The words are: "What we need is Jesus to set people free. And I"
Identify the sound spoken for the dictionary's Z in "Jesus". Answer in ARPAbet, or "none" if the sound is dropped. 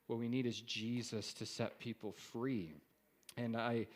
Z